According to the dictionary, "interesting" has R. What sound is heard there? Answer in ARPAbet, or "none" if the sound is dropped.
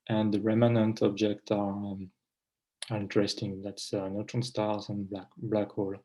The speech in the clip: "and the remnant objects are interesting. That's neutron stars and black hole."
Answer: R